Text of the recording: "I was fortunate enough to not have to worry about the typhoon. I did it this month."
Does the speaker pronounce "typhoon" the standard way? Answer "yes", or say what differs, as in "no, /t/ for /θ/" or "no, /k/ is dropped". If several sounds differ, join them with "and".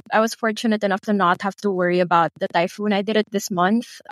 yes